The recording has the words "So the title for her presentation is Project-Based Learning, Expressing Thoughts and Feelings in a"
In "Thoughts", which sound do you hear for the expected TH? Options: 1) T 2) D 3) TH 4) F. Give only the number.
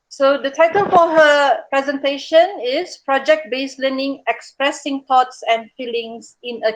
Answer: 1